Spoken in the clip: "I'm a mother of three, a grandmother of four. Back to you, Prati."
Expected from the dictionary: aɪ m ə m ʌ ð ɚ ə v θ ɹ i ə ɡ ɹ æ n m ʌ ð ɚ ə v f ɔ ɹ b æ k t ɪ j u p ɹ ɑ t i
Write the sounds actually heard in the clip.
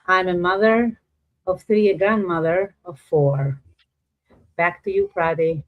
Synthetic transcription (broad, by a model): aɪ m ə m ʌ ð ɚ ə v θ ɹ i ə ɡ ɹ æ n m ʌ ð ɚ ə v f ɔ ɹ b æ k t ɪ j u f ɹ ɑ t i